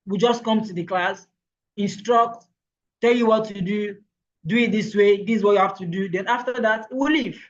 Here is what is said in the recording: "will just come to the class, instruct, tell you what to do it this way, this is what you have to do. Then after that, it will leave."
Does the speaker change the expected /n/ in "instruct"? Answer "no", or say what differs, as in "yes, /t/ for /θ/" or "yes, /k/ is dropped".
no